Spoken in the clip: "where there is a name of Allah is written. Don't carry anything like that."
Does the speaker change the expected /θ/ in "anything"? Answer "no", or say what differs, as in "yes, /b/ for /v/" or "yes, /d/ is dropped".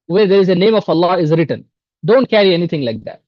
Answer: yes, /t/ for /θ/